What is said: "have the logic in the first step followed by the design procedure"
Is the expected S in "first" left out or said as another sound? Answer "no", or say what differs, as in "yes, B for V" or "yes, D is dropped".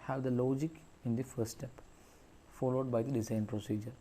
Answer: yes, S is dropped